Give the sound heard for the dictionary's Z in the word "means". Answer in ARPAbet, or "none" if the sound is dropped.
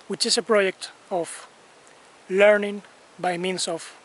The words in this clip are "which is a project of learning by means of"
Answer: S